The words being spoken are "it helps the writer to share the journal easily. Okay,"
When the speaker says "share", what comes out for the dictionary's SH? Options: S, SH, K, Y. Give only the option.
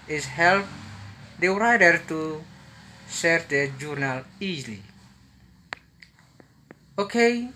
S